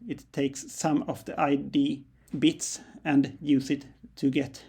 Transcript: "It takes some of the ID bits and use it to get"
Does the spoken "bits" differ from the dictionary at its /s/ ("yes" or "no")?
no